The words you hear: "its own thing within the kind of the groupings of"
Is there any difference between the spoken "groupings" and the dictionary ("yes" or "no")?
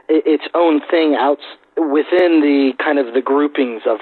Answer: no